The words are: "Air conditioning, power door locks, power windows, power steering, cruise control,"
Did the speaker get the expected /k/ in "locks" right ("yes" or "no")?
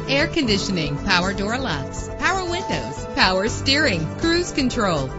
no